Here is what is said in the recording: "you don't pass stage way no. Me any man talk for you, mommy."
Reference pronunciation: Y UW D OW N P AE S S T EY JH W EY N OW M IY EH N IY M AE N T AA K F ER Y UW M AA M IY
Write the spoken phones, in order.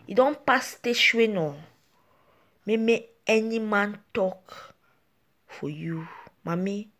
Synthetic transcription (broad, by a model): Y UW D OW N P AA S S T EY SH W EY N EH M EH EH N IY M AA N T AA K F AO Y UW M AA M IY